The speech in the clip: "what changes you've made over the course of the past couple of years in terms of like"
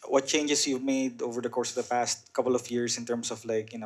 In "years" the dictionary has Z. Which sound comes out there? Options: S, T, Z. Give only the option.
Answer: S